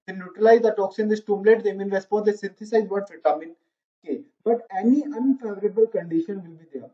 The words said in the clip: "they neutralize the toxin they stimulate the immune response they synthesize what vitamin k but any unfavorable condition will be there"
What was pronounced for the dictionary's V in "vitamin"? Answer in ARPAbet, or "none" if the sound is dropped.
F